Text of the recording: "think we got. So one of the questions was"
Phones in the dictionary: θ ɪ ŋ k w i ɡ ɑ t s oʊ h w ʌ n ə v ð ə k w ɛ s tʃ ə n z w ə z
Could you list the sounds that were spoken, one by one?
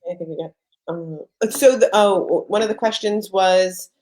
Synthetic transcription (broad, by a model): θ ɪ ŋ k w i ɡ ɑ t s oʊ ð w ʌ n ə v ð ə k w ɛ s tʃ ə n z w ə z